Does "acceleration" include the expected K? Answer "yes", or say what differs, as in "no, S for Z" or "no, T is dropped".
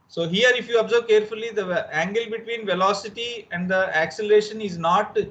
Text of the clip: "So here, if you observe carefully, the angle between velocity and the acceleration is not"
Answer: yes